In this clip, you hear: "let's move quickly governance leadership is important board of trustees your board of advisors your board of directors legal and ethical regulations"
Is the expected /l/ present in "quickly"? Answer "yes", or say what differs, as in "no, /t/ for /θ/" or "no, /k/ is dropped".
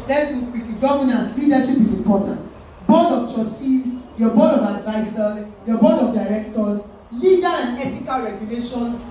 no, /l/ is dropped